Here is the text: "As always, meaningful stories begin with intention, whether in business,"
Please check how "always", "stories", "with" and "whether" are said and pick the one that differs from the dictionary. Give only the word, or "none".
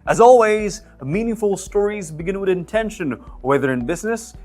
none